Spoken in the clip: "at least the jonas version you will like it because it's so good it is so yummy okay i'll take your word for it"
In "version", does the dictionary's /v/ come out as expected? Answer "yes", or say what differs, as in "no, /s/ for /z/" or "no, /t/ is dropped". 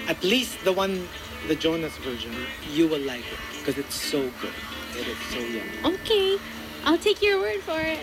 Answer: yes